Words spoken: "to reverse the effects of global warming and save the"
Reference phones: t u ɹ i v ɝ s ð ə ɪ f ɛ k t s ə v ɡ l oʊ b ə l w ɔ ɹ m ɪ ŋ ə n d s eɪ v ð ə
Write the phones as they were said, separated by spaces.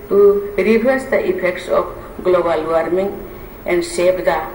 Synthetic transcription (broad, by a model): t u ɹ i b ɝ s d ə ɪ p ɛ k t s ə p ɡ l oʊ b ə l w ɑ ɹ m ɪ ŋ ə n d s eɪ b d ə